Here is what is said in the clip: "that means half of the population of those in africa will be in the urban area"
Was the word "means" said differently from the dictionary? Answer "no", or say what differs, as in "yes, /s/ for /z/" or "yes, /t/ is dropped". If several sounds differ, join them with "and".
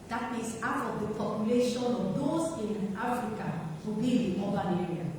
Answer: yes, /n/ is dropped